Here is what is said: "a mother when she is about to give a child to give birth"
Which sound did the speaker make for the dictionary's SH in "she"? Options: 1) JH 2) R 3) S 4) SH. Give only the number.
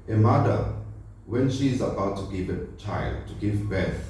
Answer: 4